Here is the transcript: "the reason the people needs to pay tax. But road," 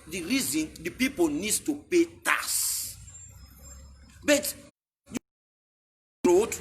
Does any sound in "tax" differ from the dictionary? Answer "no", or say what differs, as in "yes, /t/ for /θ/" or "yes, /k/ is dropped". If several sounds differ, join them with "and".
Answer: yes, /k/ is dropped